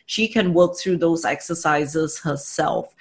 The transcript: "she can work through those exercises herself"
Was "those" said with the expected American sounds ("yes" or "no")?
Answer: yes